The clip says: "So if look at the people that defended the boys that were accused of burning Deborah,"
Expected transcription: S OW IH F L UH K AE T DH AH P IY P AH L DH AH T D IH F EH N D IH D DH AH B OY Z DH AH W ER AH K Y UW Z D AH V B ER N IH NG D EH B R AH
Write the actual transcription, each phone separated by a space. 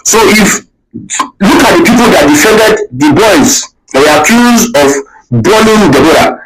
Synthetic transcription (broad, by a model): S OW IH F L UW K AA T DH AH P IY P AH L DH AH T D IH F EH N D IH D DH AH B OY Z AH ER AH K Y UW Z AH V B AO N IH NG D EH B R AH